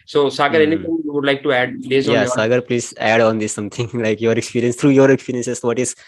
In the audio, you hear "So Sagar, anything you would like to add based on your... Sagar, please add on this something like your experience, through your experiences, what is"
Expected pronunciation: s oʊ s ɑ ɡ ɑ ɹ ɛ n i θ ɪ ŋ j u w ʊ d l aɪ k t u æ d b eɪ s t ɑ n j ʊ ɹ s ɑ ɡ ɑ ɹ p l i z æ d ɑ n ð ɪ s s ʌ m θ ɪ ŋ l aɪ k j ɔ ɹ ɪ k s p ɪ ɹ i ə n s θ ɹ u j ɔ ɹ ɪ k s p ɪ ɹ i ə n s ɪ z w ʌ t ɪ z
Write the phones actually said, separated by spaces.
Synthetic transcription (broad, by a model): s oʊ s ɑ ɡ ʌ ɹ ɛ n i t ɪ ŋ j u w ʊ d l aɪ k t u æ d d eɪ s ɑ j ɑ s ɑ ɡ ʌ ɹ p l i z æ d ɑ n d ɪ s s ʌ m t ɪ ŋ l aɪ k j ɔ ɹ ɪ k s p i ɹ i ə n s t ɹ u j ɔ ɹ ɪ k s p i ɹ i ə n s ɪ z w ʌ t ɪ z